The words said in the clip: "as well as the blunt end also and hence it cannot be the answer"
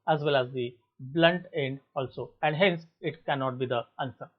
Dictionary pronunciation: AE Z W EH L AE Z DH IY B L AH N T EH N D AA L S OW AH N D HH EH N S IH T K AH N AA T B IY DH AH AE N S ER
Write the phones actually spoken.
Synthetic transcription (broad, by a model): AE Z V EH L AE Z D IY B L AH N T EH N D AA L S OW AH N D HH EH N S IH T K AH N AA T B IY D AH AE N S ER